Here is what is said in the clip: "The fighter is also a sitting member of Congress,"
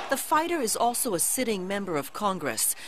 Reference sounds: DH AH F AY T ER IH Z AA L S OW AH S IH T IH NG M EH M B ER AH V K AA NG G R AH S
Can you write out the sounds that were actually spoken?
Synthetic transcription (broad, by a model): DH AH F AY T ER IH Z AA L S OW AH S IH T IH NG M EH M B ER AH V K AA NG G R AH S